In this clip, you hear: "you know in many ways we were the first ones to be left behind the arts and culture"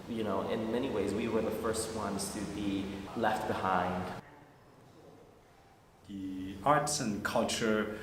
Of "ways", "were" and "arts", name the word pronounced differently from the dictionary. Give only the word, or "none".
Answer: none